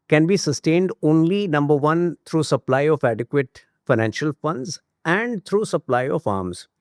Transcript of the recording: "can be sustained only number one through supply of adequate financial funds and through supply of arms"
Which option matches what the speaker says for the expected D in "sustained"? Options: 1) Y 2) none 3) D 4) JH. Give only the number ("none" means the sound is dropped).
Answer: 3